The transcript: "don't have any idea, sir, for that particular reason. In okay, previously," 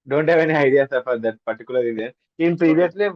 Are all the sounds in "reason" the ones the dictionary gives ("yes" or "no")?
no